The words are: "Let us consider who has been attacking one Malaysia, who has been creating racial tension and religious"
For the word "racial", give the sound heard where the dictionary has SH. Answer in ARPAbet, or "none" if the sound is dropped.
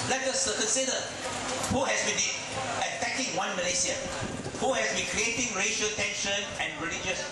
SH